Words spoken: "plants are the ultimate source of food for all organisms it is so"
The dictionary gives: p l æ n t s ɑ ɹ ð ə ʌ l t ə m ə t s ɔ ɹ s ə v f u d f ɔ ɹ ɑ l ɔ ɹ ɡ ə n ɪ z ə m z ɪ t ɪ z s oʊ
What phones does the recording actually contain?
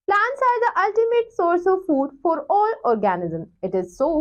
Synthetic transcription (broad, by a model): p l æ n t s ɑ ɹ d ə ʌ l t ə m ə t s ɔ ɹ s ə v f u d f ɔ ɹ ɑ l ɔ ɹ ɡ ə n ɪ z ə m ɪ t ɪ z s oʊ